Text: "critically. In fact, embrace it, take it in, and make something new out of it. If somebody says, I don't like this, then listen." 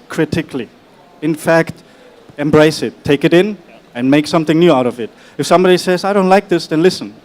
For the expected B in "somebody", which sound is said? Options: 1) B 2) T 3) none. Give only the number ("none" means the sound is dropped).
1